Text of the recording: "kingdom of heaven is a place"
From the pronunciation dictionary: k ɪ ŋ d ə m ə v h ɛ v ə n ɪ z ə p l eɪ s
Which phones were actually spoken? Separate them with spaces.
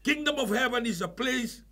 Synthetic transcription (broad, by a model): k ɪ ŋ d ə m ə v h ɛ v ə n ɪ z ə p l eɪ s